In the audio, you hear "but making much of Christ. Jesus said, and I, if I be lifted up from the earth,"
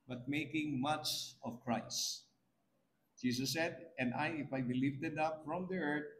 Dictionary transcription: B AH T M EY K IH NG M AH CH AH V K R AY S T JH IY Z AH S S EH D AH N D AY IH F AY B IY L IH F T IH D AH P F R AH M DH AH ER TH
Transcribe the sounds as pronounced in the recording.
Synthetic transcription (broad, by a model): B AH T M EY K IH NG M AH CH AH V K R AY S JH IY S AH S S EH D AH N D AY IH F AY B IY L IH F T IH D AH P F R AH M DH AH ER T